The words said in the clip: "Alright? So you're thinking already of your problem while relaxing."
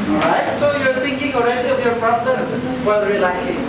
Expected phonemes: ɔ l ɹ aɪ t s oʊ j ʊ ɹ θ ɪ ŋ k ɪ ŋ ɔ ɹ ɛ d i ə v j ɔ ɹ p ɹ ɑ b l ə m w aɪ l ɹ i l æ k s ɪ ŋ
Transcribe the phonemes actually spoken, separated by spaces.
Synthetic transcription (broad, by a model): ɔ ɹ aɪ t s oʊ j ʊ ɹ t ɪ ŋ k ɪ ŋ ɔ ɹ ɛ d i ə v j ɔ ɹ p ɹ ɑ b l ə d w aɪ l ɹ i l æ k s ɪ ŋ